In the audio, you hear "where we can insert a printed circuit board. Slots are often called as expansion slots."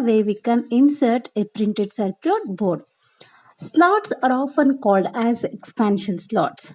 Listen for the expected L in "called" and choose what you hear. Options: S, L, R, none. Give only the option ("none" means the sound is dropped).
L